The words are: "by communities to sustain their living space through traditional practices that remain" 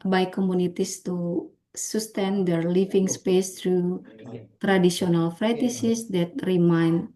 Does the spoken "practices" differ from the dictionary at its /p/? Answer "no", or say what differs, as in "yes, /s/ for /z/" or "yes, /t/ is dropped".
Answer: yes, /f/ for /p/